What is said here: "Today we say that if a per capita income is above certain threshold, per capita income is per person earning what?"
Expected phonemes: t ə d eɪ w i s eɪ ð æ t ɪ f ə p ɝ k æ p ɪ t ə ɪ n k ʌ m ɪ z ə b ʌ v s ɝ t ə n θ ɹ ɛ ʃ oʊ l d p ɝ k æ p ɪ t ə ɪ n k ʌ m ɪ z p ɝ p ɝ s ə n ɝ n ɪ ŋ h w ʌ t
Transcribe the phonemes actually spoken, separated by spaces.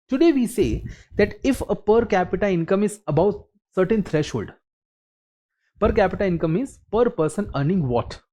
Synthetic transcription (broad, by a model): t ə d eɪ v i s eɪ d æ t ɪ f ə p ɝ k æ p ɪ t ə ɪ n k ʌ m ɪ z ə b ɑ w s ɝ t ə n t ɹ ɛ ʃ oʊ l d p ɝ k æ p ɪ t ə ɪ n k ʌ m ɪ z p ɝ p ɝ s ə n ɝ n ɪ ŋ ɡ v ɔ t